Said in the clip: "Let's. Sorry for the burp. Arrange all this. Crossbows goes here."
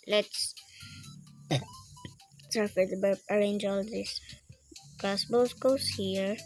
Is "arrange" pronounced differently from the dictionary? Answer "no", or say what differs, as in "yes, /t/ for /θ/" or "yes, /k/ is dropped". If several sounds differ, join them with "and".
no